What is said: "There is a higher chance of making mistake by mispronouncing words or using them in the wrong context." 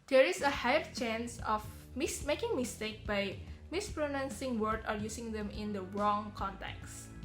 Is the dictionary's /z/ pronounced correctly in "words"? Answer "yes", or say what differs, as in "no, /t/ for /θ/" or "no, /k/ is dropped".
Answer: no, /z/ is dropped